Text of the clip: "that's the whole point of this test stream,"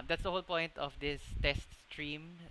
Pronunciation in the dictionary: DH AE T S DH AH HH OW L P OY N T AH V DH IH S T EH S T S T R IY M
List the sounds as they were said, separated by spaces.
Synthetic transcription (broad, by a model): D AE T S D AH HH OW L P OY N T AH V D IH S T EH S T S T R IY M